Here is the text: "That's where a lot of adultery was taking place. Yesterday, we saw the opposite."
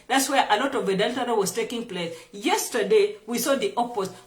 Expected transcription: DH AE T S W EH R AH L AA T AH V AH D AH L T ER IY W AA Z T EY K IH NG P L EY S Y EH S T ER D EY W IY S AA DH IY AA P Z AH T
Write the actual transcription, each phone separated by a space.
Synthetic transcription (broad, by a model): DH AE T S W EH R AH L AA T AH V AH D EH L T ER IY W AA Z T EY K IH NG P L EY S Y EH S T ER D EY W IY S AA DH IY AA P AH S